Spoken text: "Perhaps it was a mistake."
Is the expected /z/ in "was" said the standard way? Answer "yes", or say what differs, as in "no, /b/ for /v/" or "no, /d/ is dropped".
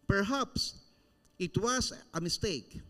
no, /s/ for /z/